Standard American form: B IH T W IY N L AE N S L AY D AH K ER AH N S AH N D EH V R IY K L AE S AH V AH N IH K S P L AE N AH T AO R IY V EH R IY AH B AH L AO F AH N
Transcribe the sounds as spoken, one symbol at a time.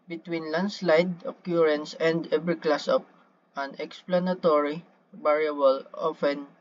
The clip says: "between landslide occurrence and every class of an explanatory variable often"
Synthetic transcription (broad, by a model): B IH T W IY N L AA N S L AY D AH K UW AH N S AH N D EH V R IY K L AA S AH P AH N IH K S P L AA N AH T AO R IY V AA R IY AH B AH L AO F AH N